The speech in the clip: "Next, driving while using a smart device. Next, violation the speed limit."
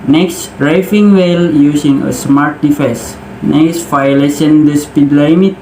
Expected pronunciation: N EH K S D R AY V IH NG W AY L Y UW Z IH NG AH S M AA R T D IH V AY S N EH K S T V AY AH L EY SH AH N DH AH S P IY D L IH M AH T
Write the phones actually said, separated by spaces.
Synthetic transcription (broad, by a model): N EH K S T R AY F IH NG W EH L Y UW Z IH NG AH S M AA R T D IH F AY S N EH K S T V AY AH L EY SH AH N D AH S P IY D L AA M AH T